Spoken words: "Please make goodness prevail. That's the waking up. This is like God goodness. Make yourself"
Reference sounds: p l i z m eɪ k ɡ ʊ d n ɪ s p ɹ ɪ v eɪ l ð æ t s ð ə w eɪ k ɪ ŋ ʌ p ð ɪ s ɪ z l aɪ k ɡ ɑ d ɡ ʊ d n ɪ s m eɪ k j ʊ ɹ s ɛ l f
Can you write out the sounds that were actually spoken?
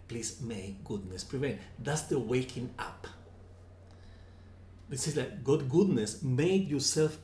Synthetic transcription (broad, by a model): p l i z m eɪ k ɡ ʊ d n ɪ s p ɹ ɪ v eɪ n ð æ t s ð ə w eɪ k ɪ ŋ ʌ p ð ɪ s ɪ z l aɪ k ɡ ɑ d ɡ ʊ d n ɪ s m eɪ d j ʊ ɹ s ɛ l f